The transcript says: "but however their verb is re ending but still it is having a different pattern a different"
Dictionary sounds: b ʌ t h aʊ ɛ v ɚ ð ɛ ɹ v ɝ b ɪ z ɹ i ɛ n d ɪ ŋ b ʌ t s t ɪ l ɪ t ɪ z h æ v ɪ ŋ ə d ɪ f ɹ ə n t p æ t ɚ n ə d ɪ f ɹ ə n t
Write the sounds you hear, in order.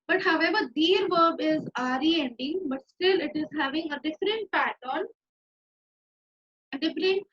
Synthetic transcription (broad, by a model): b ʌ t h aʊ ɛ v ɚ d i ɹ v ɝ b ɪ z ɹ i ɛ n d ɪ ŋ b ʌ t s t ɪ l ɪ t ɪ z h æ v ɪ ŋ ə d ɪ f ɹ ə n t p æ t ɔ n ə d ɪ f ɹ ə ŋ